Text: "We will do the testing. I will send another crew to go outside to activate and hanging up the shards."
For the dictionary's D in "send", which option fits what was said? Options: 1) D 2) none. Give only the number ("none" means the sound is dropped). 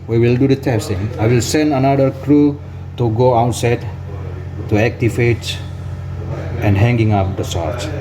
1